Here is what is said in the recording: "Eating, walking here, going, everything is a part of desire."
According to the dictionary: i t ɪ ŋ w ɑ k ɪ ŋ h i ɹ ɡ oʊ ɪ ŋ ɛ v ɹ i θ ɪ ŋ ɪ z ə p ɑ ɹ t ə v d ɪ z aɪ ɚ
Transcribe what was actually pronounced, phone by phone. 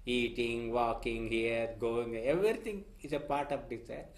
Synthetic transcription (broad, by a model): i t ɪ ŋ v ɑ k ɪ ŋ h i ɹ ɡ oʊ ɪ ŋ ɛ v ɹ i t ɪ ŋ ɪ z ə p ɑ ɹ t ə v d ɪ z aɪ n